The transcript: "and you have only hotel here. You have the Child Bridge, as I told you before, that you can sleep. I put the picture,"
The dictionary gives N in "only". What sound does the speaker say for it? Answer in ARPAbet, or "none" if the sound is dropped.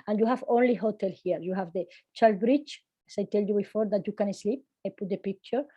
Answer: N